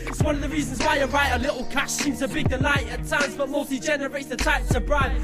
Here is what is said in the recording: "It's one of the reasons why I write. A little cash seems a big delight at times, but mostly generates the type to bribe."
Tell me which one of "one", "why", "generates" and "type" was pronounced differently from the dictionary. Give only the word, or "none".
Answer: none